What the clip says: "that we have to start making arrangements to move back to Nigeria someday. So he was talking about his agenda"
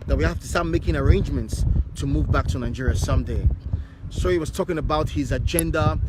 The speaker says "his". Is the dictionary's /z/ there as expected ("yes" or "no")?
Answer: yes